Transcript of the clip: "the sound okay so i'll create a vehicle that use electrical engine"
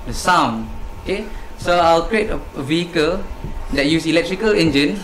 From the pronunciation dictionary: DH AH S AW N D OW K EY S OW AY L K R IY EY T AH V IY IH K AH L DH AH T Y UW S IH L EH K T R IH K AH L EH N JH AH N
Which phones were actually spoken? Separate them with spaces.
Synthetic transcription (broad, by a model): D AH S AW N OW K EY S OW AY L K R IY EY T AH V IY IH K AH L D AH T Y UW S IH L EH K T R IH K AH L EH N JH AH N